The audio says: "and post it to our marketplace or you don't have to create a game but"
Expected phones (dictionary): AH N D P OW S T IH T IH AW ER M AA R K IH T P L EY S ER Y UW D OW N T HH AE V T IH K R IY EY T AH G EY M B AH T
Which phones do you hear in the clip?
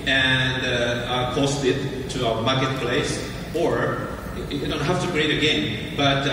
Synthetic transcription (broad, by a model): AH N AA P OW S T IH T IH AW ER M AA R K IH T P L EY S ER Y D OW N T HH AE F T IH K R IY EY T AH G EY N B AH T